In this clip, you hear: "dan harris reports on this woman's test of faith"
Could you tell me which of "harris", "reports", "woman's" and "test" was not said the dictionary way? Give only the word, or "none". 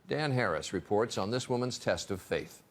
none